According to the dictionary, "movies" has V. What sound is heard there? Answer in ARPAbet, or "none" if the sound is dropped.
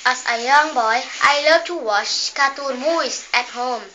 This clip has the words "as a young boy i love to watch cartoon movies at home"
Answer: none